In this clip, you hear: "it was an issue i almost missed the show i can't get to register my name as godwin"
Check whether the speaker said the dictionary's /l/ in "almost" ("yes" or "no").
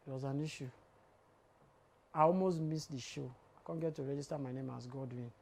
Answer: yes